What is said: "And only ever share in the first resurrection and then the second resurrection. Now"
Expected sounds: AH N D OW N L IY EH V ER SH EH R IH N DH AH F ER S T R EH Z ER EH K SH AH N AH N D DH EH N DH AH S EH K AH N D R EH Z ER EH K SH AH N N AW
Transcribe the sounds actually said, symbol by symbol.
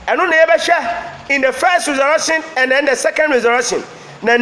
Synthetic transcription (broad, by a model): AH N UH N IY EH B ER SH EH IH N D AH F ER S T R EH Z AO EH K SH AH N AH N D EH N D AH S EH K AH N D R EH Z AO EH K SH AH N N